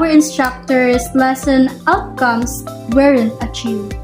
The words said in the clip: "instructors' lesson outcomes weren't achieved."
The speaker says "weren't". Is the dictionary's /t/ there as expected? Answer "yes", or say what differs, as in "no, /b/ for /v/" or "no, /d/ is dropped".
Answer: no, /t/ is dropped